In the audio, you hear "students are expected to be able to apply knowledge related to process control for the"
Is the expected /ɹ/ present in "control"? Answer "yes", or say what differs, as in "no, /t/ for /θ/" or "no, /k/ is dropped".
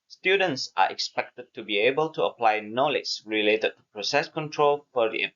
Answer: yes